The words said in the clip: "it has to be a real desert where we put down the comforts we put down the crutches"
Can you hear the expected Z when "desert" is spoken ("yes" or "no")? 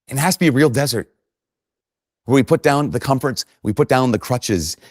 yes